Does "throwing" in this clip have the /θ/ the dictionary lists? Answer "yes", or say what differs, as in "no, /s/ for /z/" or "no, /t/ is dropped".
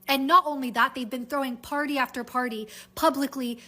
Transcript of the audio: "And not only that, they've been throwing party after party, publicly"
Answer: yes